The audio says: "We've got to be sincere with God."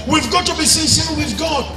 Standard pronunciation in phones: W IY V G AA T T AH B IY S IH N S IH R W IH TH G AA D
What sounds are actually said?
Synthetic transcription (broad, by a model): W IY V G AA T T AH B IY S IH S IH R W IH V G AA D